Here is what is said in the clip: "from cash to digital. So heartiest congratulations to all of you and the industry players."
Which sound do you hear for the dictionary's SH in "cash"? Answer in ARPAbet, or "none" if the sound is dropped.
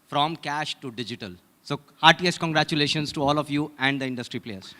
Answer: SH